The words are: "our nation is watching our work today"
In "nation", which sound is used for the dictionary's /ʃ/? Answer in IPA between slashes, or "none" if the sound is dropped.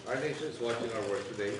none